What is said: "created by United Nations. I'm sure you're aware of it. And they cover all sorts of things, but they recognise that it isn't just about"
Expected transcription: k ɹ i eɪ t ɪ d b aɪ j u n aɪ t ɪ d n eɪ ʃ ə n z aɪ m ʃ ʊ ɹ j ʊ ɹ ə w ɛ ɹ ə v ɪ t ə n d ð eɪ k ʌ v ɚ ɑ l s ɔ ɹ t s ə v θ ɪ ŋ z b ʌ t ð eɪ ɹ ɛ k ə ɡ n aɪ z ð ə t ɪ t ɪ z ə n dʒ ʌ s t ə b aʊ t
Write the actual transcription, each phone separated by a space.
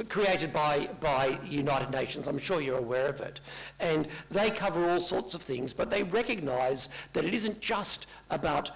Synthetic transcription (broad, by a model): k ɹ i eɪ t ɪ d b aɪ j u n aɪ t ɪ d n eɪ ʃ ə n z aɪ m ʃ ʊ ɹ j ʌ ɹ ə w ɛ ɹ ə v ɪ t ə n ð eɪ k ʌ v ɚ ɑ l s ɔ ɹ t s ə v θ ɪ ŋ z b ʌ t ð eɪ ɹ ɛ k ə ɡ n aɪ z ð ə t ɪ t ɪ z ə n dʒ ʌ s t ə b aʊ t